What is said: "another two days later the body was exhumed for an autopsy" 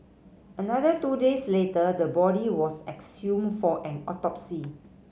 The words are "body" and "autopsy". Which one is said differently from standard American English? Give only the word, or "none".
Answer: none